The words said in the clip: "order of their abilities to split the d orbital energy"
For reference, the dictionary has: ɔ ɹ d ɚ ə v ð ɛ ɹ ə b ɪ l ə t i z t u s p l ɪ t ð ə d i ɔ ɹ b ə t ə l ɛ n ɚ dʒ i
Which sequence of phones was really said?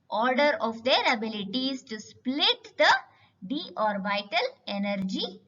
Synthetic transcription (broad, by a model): ɔ ɹ d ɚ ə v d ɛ ɹ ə b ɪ l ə t i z t u s p l ɪ t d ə d i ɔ ɹ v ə t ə l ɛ n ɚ dʒ i